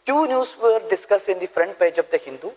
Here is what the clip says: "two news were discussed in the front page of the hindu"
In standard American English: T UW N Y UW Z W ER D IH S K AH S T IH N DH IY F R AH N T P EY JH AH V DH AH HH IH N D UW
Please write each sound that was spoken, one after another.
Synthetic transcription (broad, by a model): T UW N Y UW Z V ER D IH S K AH S IH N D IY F R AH N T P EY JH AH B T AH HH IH N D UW